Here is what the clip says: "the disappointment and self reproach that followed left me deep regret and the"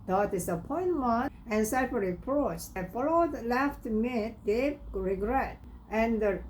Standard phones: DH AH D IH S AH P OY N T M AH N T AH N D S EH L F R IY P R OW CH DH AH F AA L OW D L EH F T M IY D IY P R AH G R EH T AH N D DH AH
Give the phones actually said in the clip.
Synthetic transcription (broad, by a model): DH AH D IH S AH P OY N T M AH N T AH N S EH F R IY P R OW CH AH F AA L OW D L EH F T M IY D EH R AH G R EH T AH N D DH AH